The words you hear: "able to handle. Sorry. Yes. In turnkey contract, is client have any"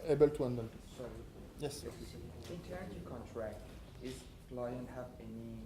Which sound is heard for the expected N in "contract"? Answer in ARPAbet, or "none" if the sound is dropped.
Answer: N